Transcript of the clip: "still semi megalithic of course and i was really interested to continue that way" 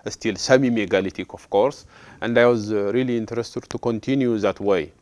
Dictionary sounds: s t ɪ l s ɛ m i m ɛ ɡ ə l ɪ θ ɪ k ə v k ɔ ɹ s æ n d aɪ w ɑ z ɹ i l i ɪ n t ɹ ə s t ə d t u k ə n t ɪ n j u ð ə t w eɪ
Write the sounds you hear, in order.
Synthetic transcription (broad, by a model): s t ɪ l s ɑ m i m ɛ ɡ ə l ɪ t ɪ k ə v k ɔ ɹ s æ n d aɪ w ɑ z ɹ i l i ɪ n t ɹ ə s t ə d t u k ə n t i n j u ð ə t w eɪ